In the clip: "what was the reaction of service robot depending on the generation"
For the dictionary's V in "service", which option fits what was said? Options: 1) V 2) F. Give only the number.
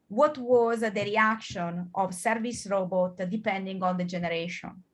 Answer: 1